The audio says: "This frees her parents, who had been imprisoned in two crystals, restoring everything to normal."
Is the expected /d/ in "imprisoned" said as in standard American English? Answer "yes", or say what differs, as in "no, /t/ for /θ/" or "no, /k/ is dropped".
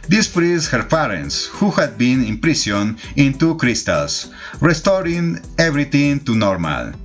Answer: no, /d/ is dropped